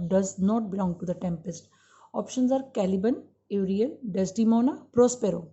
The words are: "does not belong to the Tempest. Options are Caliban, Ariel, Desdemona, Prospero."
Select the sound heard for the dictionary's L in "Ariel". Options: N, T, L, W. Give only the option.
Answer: N